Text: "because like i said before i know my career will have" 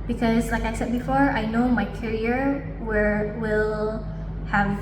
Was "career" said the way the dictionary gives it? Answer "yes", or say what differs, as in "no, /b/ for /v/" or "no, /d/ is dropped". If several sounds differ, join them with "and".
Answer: no, /w/ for /ɹ/